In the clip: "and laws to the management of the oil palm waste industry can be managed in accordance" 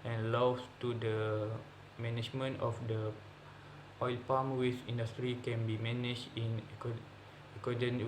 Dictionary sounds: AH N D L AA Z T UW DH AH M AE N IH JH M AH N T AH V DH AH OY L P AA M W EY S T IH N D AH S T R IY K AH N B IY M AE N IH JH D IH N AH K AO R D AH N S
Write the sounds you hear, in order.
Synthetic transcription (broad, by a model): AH N L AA S T UW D AH M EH N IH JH M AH N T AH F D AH OY L P AA M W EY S IY N D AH S T R IY K AH N B IY M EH N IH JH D IH N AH K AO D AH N